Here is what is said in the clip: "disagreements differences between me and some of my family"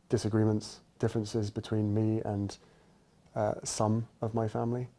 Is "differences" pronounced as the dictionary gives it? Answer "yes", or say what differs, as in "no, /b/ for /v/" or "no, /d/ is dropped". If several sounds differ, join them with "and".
yes